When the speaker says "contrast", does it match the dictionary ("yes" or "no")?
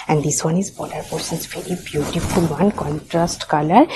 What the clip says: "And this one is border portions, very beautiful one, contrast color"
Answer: yes